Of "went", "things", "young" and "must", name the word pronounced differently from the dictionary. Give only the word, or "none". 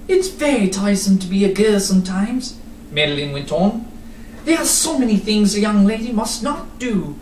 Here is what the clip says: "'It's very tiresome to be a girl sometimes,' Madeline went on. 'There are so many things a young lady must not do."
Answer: none